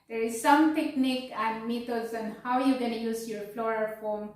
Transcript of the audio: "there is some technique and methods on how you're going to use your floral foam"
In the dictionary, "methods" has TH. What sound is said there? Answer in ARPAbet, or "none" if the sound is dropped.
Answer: T